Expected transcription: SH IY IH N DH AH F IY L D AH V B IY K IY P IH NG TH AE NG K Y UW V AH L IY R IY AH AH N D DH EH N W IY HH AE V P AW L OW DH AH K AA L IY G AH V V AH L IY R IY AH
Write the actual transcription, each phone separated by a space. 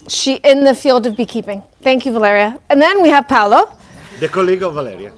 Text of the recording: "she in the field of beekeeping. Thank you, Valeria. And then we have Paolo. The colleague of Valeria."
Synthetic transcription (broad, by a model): SH IY IH N DH AH F IY L D AH V B IY K IY P IH NG TH AE NG K Y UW V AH L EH R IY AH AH N DH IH N W IY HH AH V P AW L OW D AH K AA L IY G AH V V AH L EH R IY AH